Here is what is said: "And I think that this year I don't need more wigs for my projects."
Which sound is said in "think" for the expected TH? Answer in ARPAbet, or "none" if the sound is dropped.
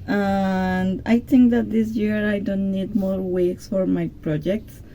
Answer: T